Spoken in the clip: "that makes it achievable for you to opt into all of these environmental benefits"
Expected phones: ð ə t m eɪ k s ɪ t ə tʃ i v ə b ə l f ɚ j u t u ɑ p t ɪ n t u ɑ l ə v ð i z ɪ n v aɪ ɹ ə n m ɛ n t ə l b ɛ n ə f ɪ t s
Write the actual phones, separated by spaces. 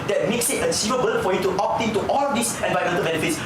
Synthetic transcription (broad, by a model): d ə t m eɪ k s ɪ t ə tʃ i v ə b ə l f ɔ j u t u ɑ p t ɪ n t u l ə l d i s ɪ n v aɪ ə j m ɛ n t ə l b ɛ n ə f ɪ t s